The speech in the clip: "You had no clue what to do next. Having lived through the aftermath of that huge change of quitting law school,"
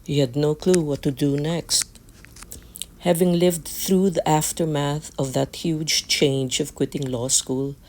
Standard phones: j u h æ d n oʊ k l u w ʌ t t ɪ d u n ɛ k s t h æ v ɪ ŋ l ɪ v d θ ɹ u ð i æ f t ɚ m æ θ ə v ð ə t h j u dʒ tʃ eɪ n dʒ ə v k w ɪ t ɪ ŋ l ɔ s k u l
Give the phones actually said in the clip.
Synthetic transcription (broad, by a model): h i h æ d n oʊ k l u w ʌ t t ɪ d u n ɛ k s t h æ v ɪ ŋ l ɪ v d θ ɹ u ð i æ f t ɚ m æ θ ə v ð ə t h j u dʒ tʃ eɪ n dʒ ə v k w ɪ t ɪ ŋ l ɔ s k u l